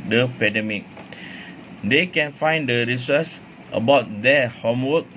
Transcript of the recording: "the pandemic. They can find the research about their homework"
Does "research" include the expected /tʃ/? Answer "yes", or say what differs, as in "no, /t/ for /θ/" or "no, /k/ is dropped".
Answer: no, /s/ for /tʃ/